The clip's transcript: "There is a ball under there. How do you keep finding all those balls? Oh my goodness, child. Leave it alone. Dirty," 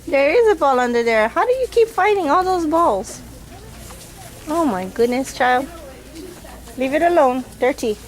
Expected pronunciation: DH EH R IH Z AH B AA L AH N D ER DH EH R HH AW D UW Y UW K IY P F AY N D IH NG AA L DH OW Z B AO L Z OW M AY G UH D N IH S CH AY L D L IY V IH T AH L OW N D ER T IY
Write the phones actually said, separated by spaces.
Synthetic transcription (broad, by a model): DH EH R IH Z AH B AA L AH N D ER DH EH R HH AW D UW Y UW K IY P F AY D IH NG AA L DH OW Z B AO L Z OW M AY G UH D N IH S CH AY L D L IY V IH T AH L OW N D ER T IY